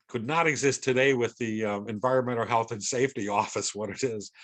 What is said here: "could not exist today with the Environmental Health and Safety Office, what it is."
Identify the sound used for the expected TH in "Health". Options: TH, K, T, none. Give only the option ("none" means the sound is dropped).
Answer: TH